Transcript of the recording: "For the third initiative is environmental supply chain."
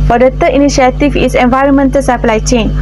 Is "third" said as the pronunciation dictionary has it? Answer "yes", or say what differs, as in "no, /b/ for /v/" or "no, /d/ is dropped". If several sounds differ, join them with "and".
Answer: no, /t/ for /θ/ and /d/ is dropped